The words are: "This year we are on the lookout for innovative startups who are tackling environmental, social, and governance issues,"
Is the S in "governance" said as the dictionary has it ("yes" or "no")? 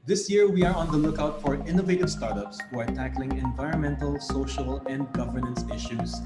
yes